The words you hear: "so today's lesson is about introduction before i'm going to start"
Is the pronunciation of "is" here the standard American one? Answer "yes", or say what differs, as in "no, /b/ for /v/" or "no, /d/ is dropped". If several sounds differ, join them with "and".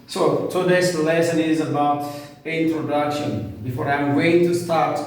yes